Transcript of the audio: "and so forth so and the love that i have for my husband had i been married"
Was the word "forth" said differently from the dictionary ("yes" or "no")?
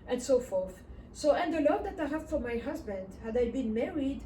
no